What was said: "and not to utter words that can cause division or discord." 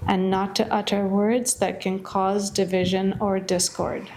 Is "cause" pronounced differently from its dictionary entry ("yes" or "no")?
no